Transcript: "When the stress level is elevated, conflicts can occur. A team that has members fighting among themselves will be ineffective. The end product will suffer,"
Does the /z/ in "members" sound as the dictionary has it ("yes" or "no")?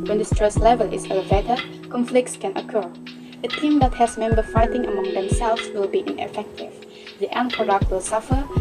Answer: no